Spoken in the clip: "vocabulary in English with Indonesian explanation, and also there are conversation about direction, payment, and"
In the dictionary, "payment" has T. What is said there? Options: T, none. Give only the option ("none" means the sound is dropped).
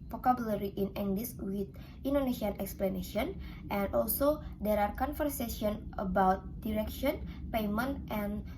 T